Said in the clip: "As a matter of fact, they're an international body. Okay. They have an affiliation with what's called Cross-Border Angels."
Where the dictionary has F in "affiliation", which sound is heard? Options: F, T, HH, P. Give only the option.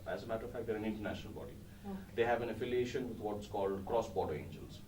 F